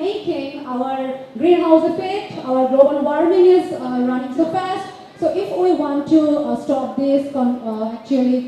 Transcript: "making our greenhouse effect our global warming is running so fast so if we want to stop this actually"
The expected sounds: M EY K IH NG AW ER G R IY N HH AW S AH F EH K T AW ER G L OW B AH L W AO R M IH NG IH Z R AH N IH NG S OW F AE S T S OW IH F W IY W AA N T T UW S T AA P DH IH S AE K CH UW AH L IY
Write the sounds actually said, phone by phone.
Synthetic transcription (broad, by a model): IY K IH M AW ER G R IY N HH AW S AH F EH T AW ER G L OW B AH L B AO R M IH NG IH Z R AH N IH NG S OW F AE S T S OW IH F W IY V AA N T T UW S T AA P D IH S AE K CH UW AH L IY